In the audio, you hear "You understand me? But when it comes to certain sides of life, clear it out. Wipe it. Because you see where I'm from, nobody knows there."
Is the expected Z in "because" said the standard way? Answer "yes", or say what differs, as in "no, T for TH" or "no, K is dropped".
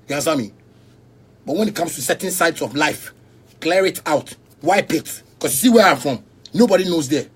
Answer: no, S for Z